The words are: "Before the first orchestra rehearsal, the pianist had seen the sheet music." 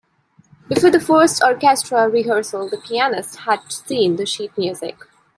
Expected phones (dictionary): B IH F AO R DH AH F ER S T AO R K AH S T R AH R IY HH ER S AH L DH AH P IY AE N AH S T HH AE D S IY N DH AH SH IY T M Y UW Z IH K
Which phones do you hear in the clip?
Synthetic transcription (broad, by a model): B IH F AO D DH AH F ER S T AO R K AH S T R AH R IY HH ER S AH L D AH P IY AE N AH S T HH AE D S IY N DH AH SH IY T M Y UW Z IH K